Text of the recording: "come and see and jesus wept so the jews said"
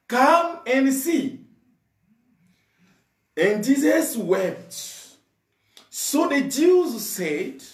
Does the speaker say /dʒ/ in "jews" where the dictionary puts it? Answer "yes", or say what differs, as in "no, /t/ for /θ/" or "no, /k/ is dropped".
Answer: yes